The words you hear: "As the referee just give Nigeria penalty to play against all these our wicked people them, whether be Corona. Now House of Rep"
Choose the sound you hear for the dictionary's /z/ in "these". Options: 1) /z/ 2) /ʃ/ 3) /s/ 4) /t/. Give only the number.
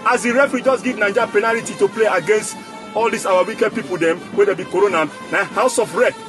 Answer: 3